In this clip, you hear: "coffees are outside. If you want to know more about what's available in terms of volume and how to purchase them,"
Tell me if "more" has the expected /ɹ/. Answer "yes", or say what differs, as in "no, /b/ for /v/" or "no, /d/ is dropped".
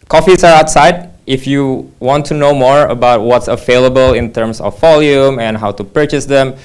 yes